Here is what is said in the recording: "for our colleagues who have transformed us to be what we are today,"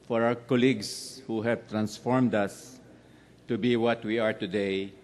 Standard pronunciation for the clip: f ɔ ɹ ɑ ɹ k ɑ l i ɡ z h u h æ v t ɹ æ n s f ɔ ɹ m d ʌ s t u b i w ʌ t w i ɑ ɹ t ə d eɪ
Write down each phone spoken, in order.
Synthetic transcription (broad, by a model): f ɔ ɹ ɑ w k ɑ l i ɡ s h u h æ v t ɹ æ n s f ɔ ɹ m d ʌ s t u b i w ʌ t w i ɑ ɹ t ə d eɪ